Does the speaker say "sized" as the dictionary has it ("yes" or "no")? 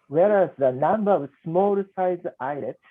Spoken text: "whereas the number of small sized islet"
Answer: no